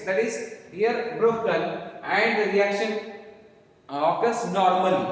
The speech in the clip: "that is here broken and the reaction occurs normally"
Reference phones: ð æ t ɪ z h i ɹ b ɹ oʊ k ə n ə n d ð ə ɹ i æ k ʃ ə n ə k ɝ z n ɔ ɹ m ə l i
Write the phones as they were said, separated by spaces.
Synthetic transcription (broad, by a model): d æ t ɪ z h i ɹ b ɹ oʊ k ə l ə n d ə ɹ i æ k ʃ ə n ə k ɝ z n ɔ ɹ m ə l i